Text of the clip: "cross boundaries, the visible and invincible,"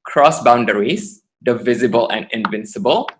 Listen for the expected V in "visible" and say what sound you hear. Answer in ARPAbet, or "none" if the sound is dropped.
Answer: V